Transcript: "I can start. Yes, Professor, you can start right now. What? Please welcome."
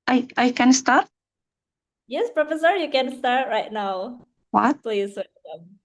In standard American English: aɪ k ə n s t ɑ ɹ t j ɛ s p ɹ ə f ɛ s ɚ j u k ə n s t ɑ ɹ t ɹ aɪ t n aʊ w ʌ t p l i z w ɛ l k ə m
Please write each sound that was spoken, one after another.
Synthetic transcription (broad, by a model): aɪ k ə n s t ɑ ɹ t j ɛ s p ɹ ə f ɛ s ɚ j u k ə n s t ɑ ɹ t ɹ aɪ t n aʊ w ʌ t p l i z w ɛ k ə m